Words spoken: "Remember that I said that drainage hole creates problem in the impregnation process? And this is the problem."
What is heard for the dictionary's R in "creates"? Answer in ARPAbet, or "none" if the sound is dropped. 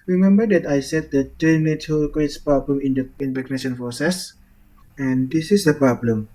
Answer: W